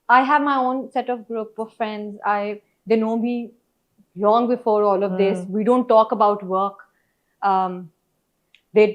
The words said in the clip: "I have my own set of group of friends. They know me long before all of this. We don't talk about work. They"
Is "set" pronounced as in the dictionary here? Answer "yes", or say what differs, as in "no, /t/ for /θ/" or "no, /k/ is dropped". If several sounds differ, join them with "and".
yes